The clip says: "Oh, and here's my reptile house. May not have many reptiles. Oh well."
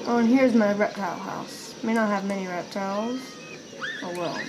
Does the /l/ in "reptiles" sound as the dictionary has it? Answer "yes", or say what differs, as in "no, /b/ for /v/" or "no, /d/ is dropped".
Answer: yes